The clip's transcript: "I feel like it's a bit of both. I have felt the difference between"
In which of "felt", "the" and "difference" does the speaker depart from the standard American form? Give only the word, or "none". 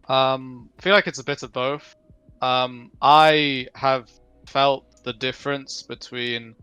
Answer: none